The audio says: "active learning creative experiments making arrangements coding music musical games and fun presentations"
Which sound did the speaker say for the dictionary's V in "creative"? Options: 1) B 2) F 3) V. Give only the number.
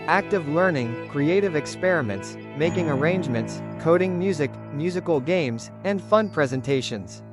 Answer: 3